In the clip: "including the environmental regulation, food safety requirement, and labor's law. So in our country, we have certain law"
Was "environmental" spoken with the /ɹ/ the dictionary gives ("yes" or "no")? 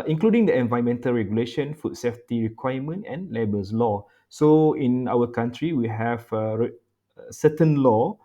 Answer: no